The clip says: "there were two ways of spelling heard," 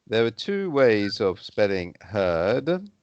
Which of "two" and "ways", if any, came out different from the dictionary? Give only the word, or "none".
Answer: none